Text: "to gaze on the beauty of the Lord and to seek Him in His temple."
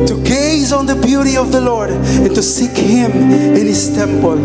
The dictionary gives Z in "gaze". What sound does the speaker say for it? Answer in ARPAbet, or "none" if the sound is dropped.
Z